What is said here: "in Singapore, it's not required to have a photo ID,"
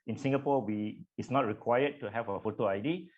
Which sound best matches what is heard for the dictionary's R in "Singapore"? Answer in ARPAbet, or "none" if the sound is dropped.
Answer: W